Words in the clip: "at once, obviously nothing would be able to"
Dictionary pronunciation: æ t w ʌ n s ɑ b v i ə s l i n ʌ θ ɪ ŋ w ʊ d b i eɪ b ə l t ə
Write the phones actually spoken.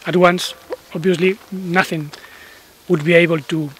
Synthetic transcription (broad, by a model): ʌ t w ʌ n s ɑ b v i ə s l i n ʌ θ ɪ ŋ w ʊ d b i eɪ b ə l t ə